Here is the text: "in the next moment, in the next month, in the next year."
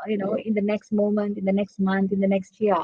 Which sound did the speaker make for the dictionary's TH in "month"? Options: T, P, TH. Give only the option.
T